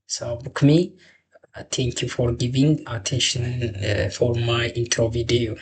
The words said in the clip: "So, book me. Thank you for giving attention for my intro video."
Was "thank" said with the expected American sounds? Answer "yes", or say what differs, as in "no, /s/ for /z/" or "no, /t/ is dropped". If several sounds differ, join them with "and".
no, /t/ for /θ/